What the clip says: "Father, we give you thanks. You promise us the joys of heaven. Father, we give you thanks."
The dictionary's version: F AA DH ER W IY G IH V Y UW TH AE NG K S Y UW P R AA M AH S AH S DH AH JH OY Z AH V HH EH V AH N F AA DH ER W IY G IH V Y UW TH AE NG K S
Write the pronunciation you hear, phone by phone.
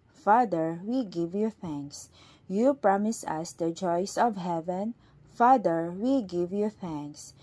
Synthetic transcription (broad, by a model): F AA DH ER W IY G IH V Y UW TH AE NG K S Y UW P R AA M AH S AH S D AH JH OY S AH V HH EH V AH N F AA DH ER W IY G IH V Y UW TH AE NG K S